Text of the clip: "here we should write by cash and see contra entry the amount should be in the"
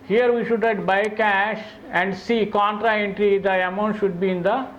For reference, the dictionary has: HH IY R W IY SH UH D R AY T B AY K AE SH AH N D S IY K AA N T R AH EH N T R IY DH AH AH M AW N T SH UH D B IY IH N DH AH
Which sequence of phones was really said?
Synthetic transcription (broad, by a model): HH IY R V IY SH UH D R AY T B AY K AE SH AH N D S IY K AA N T R AH EH N T R IY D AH AH M AW N T SH UH D B IY IH N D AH